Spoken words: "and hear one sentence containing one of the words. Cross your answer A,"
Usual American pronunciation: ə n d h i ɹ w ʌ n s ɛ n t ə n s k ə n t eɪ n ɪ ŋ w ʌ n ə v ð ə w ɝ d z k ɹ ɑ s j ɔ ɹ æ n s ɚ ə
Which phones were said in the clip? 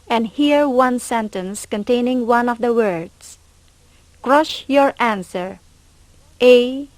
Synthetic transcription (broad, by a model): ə n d h i ɹ w ʌ n s ɛ n t ə n s k ə n t eɪ n ɪ ŋ w ʌ n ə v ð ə w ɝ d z k ɹ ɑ ʃ j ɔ ɹ æ n s ɚ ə